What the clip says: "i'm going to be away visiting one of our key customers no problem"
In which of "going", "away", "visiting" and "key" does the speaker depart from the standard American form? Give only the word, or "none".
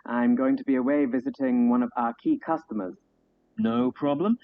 none